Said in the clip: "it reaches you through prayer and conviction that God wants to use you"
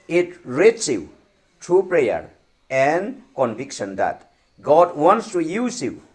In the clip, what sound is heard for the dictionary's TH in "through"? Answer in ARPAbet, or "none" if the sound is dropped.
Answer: T